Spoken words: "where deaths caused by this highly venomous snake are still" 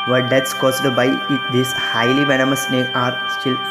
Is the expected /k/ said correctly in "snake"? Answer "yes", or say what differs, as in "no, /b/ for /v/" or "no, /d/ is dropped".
no, /k/ is dropped